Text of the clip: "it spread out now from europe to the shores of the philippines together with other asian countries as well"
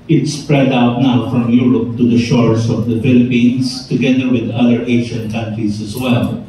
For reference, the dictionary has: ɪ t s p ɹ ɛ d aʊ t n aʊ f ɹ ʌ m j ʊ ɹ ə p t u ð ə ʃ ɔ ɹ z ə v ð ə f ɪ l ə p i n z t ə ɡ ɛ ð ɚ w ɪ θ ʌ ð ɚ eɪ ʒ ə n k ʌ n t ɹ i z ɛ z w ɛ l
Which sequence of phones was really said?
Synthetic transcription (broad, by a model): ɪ t s p ɹ ɛ d aʊ t n aʊ f ɹ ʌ m j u ɹ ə p t u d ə ʃ ɔ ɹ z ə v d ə f ɪ l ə p i n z t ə ɡ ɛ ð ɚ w ɪ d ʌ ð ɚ eɪ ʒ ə n k ʌ n t ɹ i z ɛ z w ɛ l